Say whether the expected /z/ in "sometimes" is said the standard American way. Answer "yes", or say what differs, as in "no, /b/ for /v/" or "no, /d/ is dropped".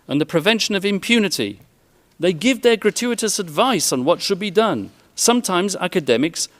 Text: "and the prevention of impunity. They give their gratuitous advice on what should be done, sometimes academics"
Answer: yes